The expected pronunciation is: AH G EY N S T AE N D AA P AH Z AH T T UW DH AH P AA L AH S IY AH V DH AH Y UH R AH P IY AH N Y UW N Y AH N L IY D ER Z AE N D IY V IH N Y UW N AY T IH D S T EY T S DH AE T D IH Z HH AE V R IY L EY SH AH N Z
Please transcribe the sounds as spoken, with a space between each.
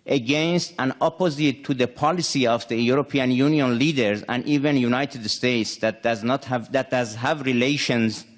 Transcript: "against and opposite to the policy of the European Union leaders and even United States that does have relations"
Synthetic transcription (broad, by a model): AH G EY N S T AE N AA P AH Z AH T T UW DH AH P AA L AH S IY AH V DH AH Y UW R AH P IY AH N Y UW N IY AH N L IY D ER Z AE N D IY V IH N Y UW N AY T IH D S T EY T S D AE T D IH Z HH AE V R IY L EY SH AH N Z